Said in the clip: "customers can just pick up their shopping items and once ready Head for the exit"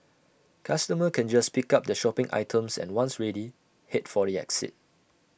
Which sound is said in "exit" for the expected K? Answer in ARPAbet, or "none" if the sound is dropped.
K